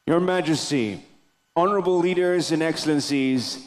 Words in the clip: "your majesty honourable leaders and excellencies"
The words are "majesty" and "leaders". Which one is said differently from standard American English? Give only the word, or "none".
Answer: none